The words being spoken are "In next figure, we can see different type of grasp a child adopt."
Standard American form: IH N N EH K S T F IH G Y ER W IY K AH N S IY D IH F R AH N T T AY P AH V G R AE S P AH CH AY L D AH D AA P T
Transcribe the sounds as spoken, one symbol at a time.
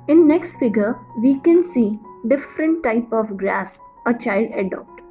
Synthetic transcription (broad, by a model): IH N N EH K S T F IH G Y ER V IY K AH N S IY D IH F R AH N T T AY P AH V G R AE S AH CH AY L D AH D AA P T